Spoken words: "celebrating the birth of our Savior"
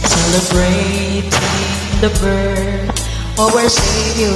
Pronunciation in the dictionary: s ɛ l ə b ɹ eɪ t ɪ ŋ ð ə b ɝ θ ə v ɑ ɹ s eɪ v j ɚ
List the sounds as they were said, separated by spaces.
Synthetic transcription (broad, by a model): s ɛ l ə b ɹ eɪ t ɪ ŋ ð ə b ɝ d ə w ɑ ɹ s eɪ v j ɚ